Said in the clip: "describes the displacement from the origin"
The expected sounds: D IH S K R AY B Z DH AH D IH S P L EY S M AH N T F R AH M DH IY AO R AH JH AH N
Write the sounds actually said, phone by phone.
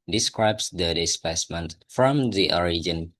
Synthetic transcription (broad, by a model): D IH S K R AY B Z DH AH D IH S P EY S M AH N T F R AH M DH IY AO R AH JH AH N